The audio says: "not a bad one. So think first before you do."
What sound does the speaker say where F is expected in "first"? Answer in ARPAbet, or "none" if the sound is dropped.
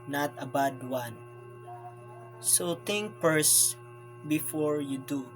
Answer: P